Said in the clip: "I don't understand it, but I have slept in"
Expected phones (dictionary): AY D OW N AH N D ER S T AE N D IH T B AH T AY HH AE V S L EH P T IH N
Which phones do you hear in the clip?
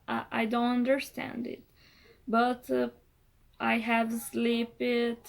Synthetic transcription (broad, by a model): AY D OW N AH N D ER S T AE N D IH T B AH T AY HH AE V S L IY P IH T